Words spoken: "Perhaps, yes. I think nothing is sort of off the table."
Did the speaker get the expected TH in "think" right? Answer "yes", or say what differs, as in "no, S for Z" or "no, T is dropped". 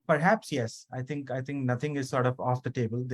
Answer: no, T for TH